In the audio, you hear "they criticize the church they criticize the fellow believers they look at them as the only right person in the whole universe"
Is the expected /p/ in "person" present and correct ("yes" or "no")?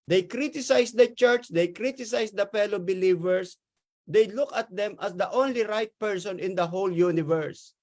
yes